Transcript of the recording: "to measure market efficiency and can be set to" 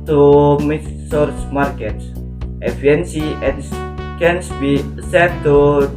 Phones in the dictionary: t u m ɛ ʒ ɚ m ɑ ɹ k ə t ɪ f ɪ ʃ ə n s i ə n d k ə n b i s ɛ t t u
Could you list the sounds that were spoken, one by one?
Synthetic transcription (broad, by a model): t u m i s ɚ m ɑ ɹ k ə t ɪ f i ə n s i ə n k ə n b i s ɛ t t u